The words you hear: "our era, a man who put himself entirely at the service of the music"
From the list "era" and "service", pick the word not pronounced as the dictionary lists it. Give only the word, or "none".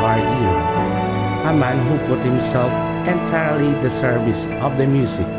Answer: era